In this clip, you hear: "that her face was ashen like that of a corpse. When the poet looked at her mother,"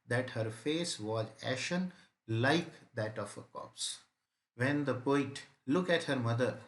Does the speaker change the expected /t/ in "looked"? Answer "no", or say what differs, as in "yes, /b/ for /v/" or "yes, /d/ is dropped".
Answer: yes, /t/ is dropped